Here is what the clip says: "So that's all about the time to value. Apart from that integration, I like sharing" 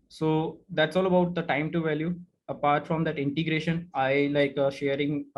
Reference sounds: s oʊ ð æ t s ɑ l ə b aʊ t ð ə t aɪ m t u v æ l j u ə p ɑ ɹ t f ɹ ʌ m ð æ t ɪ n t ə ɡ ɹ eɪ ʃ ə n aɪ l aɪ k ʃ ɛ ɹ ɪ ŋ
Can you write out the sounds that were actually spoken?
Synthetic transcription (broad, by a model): s oʊ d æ t s ɑ l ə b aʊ t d ə t aɪ m t u v æ l j u ə p ɑ ɹ t f ɹ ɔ m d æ t ɪ n t ə ɡ ɹ eɪ ʃ ə n aɪ l aɪ k ʃ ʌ ɹ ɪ ŋ